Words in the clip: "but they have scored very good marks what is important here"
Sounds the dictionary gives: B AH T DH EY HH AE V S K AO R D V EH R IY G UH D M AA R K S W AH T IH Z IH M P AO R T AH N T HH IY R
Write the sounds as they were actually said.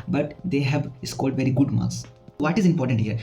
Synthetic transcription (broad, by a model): B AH T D EY HH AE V S K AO L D V EH R IY G UH D M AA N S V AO T IH Z IH M P AO R T AH N T HH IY R